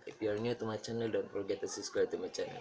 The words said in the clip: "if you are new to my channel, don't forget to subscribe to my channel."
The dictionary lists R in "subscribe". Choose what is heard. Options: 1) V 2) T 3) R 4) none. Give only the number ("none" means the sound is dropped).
4